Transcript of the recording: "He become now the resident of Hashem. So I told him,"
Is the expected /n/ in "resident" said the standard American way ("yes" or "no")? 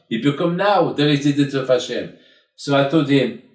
no